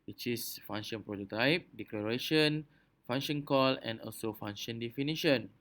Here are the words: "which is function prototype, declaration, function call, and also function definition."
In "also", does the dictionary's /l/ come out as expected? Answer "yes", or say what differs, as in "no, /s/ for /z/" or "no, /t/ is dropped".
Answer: yes